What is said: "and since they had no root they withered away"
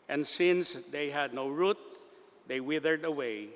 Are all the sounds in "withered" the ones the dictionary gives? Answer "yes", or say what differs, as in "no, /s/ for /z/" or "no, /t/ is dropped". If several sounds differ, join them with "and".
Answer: yes